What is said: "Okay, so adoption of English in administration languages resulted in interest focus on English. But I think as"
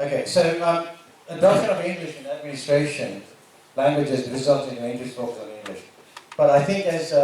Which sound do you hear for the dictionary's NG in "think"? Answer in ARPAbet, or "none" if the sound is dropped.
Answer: NG